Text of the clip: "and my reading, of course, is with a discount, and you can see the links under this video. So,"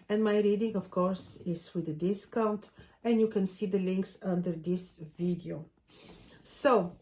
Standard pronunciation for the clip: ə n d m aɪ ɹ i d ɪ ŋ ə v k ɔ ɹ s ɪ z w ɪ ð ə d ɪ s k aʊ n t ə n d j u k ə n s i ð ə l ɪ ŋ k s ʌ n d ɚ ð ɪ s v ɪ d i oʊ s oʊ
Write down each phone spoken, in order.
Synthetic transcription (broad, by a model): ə n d m aɪ ɹ i d ɪ ŋ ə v k ɔ ɹ s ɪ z w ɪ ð ə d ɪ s k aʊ n t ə n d j u k ə n s i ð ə l ɪ ŋ k s ʌ n d ɚ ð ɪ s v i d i oʊ s oʊ